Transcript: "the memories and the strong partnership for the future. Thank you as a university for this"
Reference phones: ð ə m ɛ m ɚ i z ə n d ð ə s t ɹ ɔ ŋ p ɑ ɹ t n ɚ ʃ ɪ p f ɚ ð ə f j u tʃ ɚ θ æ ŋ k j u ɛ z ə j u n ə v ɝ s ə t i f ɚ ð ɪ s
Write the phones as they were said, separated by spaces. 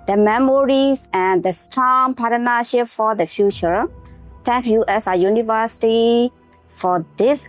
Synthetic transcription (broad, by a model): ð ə m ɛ m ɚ i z ə n d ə s t ɹ ɔ ŋ p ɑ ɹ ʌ n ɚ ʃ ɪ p f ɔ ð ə f j u tʃ ɚ t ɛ ŋ k j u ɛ s ə j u n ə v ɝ s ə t i f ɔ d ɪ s